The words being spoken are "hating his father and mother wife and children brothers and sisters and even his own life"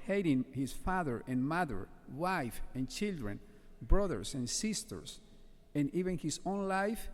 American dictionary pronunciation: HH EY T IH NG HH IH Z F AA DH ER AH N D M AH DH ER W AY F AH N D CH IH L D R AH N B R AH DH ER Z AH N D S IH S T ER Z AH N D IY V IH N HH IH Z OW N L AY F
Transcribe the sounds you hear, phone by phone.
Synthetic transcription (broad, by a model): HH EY T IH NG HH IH S F AA DH ER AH N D M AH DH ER W AY F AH N CH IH L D R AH N B R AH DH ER S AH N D S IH S T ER S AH N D IY V IH N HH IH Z OW N L AY F